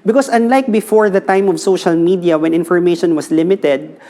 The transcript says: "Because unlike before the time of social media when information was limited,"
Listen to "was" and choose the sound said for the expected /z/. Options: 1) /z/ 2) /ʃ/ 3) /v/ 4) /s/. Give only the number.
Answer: 4